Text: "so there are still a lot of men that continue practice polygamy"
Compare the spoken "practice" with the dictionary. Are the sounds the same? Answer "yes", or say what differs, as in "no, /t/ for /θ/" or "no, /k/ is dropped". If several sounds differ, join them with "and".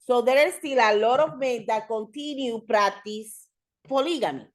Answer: no, /k/ is dropped